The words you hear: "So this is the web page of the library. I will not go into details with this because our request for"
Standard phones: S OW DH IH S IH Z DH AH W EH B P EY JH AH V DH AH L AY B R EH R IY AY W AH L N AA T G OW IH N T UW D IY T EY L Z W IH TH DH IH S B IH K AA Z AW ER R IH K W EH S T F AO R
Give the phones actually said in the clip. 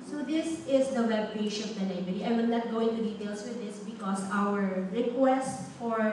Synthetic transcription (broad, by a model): S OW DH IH S IH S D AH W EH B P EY SH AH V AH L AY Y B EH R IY AY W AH N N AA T G OW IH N T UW D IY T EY L S W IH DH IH S B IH K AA S AW ER R IH K W EH S T F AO R